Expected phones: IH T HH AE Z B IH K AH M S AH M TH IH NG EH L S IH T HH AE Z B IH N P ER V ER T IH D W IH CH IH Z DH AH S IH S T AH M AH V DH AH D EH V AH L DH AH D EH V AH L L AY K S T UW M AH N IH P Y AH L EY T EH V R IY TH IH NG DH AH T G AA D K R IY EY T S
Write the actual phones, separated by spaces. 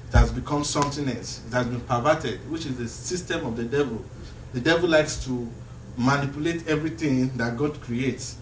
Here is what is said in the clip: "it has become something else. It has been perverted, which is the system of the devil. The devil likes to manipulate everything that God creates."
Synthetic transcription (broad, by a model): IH T HH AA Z B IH K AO M S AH M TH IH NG EH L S IH T HH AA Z B IH N P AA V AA T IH D W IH CH IH Z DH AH S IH S T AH M AH V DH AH D EH V AH L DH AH D EH V AH L L AY K S T UW M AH N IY P Y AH L EY T EH V R IY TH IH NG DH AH T G AA D K R IY EY T S